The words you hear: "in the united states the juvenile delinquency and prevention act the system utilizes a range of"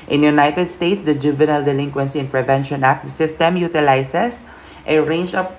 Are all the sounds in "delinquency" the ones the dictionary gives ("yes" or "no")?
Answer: yes